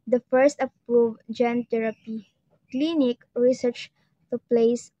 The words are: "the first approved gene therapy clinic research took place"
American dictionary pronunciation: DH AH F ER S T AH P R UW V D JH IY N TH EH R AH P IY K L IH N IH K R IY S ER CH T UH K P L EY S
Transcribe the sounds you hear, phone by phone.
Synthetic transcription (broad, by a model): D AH F ER S T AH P R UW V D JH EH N T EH R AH P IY K L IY N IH K R IY S ER CH T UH P L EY S